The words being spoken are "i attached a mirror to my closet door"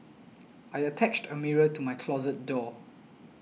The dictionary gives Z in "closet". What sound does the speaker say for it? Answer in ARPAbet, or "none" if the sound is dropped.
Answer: Z